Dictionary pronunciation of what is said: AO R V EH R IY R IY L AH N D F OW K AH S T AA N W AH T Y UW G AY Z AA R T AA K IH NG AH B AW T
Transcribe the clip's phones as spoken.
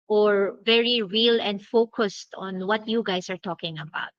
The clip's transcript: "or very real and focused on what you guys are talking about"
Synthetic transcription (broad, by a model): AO R V EH R IY R IY L AH N D F OW K AH S T AA N W AH T Y UW G AY S AA R T AA K IH NG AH B AW T